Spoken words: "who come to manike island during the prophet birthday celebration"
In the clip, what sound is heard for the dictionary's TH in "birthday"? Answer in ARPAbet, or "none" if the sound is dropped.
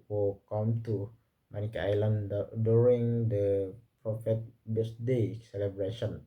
S